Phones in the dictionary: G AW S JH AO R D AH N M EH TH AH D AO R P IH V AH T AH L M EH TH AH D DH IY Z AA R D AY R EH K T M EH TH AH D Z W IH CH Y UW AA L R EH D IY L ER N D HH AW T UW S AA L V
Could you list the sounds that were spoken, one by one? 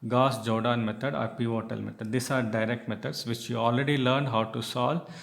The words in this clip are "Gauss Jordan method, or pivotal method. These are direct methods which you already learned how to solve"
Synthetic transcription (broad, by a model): G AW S JH AO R D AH N M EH T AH D AO R P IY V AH T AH L M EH T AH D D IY S AA R D AY R EH K T M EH T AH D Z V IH CH Y UW AA L R EH D IY L ER N D HH AW T UW S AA L